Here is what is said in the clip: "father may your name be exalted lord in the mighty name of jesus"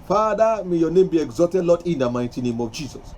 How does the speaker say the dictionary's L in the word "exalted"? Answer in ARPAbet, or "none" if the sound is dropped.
none